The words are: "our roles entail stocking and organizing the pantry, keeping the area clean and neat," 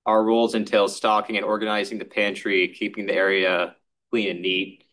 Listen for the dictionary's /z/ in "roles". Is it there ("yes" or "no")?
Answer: yes